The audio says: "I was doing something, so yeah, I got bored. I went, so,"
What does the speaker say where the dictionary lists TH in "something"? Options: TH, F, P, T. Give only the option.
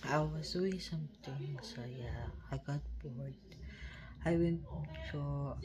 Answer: T